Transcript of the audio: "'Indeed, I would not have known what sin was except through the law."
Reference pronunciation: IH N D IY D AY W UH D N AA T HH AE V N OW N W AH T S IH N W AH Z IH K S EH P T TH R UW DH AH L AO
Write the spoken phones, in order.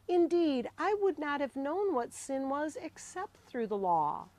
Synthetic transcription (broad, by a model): IH N D IY D AY W UH D N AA T HH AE V N OW N W AH T S IH N W AH Z IH K S EH P T TH R UW DH AH L AO